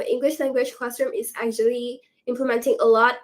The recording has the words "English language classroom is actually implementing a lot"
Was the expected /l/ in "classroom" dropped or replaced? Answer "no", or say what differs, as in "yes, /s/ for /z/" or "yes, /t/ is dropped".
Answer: yes, /l/ is dropped